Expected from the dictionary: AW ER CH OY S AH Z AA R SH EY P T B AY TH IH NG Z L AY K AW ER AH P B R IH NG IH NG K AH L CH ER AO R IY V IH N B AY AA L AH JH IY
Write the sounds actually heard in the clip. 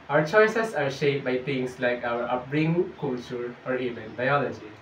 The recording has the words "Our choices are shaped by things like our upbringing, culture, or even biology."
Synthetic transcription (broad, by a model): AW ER CH OY S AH S AA R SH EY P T B AY T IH NG S L AY K AW ER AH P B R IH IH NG K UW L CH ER AO R IY V IH N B AY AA L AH JH IY